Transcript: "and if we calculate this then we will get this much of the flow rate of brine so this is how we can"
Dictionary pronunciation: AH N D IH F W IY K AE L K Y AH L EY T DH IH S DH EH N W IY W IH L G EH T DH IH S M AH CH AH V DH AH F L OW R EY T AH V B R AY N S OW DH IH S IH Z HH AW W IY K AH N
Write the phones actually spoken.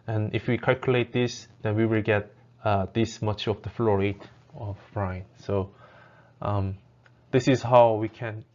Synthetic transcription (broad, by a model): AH N IH F W IY K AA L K Y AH L EY T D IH S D EH N W IY W IH L G EH T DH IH S M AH CH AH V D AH F L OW R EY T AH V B R AY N S OW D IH S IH S HH AW W IY K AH N